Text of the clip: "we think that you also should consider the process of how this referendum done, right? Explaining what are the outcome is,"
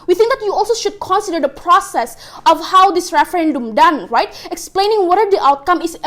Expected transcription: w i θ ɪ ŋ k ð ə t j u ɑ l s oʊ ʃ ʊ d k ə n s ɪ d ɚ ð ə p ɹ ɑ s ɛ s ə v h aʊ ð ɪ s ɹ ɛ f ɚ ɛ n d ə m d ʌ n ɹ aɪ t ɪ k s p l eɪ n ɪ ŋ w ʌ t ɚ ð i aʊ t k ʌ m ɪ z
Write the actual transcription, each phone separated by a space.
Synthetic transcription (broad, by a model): w i θ ɪ ŋ k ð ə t j u ɑ l s oʊ ʃ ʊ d k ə n s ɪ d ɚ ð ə p ɹ ɑ s ɛ s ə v h aʊ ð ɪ s ɹ ɛ f ɚ ɛ n d ə m d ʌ n ɹ aɪ t ɪ k s p l eɪ n ɪ ŋ w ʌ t ɚ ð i aʊ t k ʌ m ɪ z